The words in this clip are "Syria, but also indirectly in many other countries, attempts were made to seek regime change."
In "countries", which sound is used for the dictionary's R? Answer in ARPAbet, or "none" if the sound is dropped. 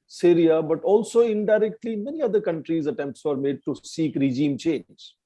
R